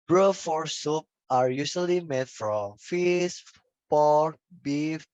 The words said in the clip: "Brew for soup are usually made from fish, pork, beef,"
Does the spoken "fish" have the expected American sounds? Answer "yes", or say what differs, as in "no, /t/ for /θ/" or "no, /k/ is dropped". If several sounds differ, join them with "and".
no, /s/ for /ʃ/